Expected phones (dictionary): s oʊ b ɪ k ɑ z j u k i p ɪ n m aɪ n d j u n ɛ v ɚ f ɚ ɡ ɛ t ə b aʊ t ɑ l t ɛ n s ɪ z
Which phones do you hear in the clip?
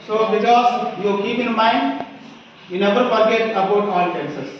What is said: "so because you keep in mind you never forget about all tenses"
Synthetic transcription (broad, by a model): s oʊ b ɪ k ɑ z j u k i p ɪ n m aɪ n d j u n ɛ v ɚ p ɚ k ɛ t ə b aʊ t ɑ l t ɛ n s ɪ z